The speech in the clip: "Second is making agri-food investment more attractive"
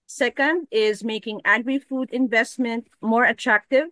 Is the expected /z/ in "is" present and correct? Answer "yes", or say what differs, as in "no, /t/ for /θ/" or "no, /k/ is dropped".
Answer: yes